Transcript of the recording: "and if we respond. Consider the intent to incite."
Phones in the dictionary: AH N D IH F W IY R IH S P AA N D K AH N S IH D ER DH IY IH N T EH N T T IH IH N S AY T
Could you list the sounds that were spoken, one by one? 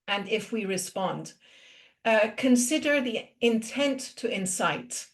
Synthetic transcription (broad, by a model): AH N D IH F W IY R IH S P AA N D K AH N S IH D ER DH IY IH N T EH N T T IH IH N S AY T